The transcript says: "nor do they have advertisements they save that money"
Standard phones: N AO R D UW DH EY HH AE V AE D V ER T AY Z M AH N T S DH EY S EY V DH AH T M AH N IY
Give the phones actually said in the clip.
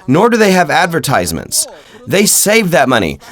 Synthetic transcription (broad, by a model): N AO R D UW DH EY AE V AE D V ER T AY Z M AH N T S DH EY S EY V DH AH T M AH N IY